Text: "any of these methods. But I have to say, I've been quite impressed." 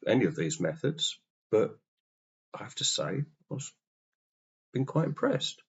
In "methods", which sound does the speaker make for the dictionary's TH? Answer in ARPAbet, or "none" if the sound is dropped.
TH